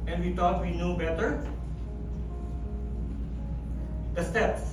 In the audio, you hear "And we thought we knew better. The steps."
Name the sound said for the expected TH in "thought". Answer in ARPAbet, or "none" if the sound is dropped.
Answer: T